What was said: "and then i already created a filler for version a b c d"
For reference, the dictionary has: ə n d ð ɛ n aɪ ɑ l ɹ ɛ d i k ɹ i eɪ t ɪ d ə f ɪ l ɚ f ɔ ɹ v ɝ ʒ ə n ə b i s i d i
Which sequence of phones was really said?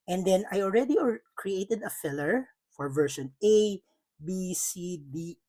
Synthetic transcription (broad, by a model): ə n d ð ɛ n aɪ ɑ l ɹ ɛ d i k ɹ i eɪ t ɪ d ə f ɪ l ɚ f ɔ ɹ v ɝ ʃ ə n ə b i s i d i